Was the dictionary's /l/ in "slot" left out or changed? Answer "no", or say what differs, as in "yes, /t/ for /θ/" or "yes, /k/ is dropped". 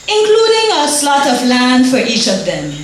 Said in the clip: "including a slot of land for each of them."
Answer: no